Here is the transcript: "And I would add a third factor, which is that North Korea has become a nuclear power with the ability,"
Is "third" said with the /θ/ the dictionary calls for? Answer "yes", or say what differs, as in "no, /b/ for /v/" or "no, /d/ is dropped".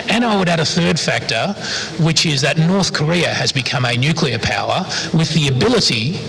yes